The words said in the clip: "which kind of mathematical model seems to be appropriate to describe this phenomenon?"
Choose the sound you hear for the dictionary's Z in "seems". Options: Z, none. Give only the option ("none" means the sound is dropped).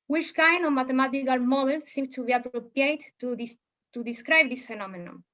none